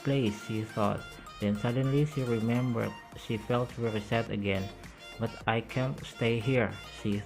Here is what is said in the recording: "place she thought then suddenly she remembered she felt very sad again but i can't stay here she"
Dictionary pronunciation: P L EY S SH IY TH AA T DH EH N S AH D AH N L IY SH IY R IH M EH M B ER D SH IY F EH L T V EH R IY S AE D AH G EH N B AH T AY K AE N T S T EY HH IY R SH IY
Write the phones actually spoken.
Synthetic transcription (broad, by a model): P L EY S SH IY TH AA T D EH N S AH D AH N L IY SH IY R IH M EH M B ER D SH IY F EH L T W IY R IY S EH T AH G EH N B AH T AY K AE N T S T EY HH IY R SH IY